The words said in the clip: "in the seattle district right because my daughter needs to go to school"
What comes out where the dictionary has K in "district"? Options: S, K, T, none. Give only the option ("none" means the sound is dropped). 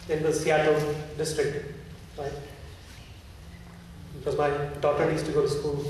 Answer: K